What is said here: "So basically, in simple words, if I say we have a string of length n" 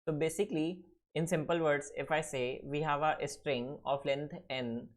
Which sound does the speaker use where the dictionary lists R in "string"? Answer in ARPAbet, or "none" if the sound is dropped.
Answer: R